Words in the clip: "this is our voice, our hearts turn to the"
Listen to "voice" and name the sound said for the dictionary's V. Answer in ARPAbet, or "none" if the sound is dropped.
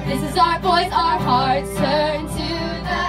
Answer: V